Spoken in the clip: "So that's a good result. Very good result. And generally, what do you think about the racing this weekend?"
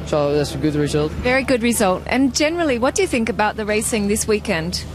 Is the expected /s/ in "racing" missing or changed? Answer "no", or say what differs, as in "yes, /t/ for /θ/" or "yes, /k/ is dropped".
no